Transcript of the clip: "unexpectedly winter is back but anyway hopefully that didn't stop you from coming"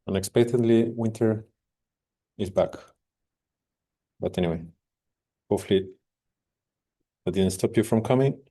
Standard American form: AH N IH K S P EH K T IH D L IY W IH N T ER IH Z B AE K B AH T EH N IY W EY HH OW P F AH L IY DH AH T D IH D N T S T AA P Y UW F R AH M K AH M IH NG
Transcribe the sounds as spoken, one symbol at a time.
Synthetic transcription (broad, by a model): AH N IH K S P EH K T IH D L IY W IH N T ER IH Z B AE K B AH T EH N IY W EY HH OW F L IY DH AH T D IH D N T S T AA P Y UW F R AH M K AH M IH NG